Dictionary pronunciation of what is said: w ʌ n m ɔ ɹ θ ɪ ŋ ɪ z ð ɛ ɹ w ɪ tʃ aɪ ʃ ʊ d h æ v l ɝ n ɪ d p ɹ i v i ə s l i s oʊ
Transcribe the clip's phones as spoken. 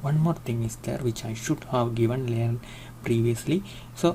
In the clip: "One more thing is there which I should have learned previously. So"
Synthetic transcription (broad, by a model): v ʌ n m ɔ ɹ t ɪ ŋ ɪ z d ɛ ɹ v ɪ tʃ aɪ ʃ ʊ d h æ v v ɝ n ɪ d p ɹ i v i ə s l i s oʊ